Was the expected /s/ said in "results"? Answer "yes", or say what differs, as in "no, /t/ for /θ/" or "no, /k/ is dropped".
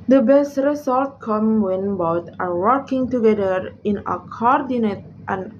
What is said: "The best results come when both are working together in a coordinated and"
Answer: no, /s/ is dropped